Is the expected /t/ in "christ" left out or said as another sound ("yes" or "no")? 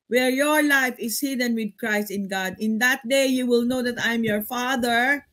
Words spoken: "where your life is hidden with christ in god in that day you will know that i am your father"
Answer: no